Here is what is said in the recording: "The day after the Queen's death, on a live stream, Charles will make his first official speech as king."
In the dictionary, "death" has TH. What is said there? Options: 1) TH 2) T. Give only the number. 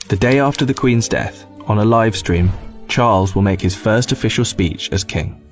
1